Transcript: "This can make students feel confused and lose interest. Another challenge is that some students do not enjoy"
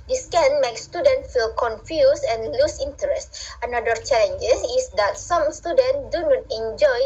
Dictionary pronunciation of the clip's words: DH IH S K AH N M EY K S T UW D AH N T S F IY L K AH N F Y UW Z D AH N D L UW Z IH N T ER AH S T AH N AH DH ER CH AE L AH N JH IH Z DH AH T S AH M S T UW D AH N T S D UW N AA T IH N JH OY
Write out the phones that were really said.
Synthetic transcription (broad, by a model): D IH S K AH N M EY K S T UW D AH N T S F IY L K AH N F Y UW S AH N L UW S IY N T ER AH S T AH N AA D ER CH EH L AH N JH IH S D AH T S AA M S T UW D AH N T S D UW N AA T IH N JH OY